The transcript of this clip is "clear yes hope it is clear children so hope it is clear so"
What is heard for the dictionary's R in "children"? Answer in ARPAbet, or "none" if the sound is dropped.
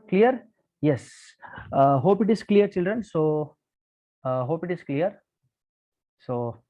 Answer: R